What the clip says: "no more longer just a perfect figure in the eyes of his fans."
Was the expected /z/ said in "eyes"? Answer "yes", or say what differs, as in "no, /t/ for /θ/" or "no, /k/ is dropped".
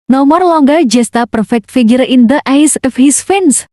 no, /s/ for /z/